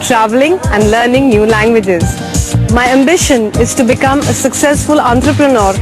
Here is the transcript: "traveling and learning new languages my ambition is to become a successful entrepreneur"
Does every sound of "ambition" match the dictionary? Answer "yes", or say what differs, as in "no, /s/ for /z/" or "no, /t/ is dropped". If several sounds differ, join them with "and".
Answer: yes